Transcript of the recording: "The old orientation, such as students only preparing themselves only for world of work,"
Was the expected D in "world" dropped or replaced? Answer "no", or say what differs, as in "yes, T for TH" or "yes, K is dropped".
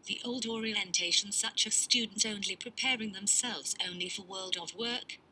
no